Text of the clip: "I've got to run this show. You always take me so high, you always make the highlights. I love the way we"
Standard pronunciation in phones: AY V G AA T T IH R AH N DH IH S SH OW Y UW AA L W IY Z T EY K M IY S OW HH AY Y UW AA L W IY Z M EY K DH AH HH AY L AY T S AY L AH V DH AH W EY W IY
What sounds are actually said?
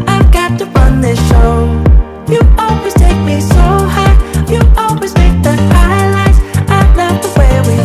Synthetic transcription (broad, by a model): AY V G AA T T IH R AH N DH IH S SH OW Y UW AA L W IY Z T EY K M IY S OW HH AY Y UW AA L W IY Z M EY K DH AH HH AY L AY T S AY N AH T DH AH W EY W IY